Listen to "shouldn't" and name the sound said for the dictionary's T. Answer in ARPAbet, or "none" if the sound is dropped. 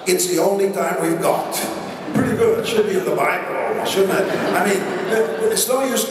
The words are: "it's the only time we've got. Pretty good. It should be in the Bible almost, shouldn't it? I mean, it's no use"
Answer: none